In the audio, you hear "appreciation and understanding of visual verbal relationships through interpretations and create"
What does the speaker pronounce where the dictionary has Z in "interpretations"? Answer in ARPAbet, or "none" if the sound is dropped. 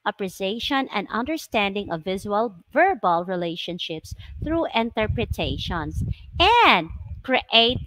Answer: S